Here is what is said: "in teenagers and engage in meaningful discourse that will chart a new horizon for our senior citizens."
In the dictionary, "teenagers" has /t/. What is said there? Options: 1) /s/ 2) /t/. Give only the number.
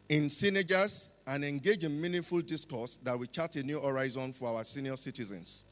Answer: 1